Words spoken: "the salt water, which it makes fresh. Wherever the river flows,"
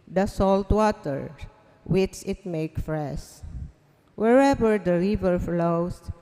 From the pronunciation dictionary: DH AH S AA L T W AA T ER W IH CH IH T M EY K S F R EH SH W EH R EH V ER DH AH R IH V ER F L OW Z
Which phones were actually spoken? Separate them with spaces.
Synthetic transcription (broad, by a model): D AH S AA L T W AA T ER W IH CH IH T M EY K F R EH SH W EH R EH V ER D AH R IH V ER F L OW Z